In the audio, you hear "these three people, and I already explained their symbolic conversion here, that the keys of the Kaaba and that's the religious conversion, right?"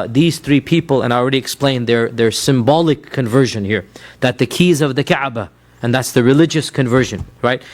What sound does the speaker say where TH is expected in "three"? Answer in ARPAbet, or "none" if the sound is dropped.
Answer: TH